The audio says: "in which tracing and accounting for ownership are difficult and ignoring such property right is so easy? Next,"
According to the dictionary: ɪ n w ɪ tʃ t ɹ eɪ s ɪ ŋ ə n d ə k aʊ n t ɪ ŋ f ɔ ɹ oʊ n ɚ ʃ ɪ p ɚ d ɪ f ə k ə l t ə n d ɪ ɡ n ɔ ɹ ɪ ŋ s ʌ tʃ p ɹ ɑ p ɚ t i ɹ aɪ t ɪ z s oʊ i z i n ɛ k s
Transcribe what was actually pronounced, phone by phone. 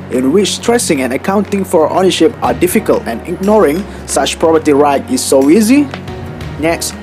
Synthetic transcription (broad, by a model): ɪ n w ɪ tʃ t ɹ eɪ s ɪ ŋ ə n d ə k aʊ n t ɪ ŋ f ɔ ɹ oʊ n ɚ ʃ ɪ p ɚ d ɪ f ə k ə l t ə n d ɪ ɡ n ɔ ɹ ɪ ŋ s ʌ tʃ p ɹ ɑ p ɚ t i ɹ aɪ t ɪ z s oʊ i z i n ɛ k s